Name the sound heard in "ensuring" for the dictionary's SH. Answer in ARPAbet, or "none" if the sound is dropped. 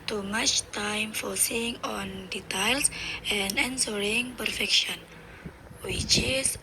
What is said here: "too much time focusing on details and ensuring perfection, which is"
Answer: S